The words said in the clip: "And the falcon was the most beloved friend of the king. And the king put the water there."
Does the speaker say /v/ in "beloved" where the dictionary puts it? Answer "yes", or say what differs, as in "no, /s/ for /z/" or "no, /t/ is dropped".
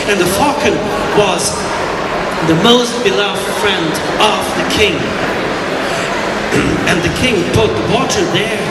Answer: yes